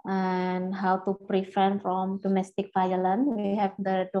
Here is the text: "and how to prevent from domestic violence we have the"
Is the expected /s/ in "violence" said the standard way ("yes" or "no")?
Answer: no